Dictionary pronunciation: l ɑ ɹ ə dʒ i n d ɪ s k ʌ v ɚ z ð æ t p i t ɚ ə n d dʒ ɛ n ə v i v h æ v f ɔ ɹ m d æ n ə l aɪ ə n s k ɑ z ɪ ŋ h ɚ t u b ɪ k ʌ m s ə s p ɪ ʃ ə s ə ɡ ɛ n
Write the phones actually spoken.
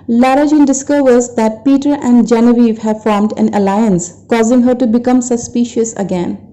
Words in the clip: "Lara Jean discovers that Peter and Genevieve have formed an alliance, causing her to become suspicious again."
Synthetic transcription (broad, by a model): l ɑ ɹ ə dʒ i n d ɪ s k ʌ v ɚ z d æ t p i t ɚ ə n d dʒ ɛ n ə v i v h æ v f ɔ ɹ m d æ n ə l aɪ ə n s k ɑ z ɪ ŋ h ɚ t u b ɪ k ʌ m s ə s p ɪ ʃ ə s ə ɡ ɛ n